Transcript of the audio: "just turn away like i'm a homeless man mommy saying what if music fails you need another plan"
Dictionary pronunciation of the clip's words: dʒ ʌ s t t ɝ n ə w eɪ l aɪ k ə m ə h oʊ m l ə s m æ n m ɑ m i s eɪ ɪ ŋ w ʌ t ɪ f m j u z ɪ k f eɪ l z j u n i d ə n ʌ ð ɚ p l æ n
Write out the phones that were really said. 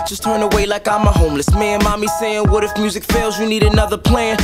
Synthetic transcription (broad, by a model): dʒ ʌ s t t ɝ n ə w eɪ l aɪ k ə m ə h oʊ m l ə s m æ n m ɑ m i s eɪ ɪ ŋ w ʌ t ɪ f m j u z ɪ k f eɪ l z j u n i d ə n ʌ ð ɚ p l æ n